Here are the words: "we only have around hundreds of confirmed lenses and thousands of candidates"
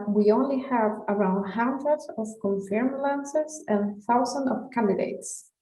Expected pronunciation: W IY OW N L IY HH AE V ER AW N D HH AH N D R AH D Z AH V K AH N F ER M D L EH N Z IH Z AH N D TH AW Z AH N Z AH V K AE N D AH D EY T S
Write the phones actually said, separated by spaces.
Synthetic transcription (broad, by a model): W IY OW N L IY HH AE V ER AW N D HH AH N D R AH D AH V K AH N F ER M L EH N S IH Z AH N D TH AW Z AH N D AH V K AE N D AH D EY T S